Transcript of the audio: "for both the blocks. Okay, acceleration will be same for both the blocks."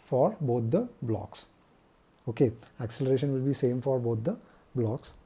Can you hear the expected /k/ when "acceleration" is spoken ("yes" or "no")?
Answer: yes